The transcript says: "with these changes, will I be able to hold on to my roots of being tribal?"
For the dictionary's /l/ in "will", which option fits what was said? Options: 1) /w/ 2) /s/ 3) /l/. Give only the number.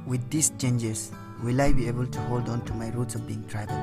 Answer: 3